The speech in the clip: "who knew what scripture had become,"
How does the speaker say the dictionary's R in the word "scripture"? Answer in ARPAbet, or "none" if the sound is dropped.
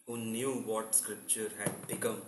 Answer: R